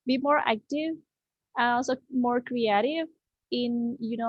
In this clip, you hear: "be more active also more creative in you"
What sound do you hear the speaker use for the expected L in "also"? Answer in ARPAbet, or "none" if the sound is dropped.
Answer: N